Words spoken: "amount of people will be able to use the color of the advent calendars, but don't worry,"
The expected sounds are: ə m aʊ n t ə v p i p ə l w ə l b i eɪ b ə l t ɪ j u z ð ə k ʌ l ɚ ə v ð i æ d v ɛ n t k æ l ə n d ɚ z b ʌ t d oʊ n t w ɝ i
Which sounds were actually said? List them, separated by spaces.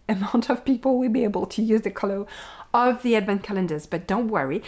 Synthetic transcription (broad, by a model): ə m aʊ n t ə v p i p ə l w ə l b i eɪ b ə l t ɪ j u z ð ə k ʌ l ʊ ə v ð i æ d v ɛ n k æ l ə n d ɚ z b ʌ t d oʊ n t w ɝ i